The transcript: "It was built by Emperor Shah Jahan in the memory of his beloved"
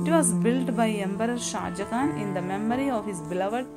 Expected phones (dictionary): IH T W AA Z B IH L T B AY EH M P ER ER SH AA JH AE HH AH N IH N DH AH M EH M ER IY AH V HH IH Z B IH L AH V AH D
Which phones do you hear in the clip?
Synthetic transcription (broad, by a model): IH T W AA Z B IH L T B AY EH M B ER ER SH AA JH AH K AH N IH N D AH M EH M ER IY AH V HH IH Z B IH L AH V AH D